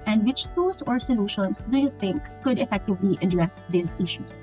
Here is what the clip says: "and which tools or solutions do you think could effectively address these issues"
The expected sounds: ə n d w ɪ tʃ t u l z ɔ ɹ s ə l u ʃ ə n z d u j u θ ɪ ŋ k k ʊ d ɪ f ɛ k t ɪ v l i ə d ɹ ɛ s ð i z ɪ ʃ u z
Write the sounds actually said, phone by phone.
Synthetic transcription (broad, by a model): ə n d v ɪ tʃ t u z ɔ ɹ s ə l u ʃ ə n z d u j u t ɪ ŋ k k ʊ d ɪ f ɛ k t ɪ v l i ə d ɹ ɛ s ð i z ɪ ʃ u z